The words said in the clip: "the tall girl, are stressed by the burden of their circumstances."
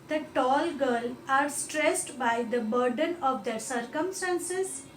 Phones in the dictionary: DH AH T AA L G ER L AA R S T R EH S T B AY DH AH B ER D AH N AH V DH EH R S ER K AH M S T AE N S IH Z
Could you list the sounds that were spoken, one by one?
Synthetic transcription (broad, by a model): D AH T AA L G ER L AA R S T R EH S T B AY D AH B ER D AH N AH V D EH R S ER K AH M S T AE N S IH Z